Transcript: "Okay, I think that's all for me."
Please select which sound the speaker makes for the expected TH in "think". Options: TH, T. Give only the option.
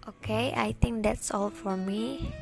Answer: T